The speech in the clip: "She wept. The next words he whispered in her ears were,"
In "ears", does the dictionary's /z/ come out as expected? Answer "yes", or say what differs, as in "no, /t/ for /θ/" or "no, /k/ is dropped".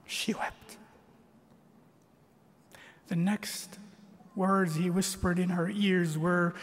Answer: yes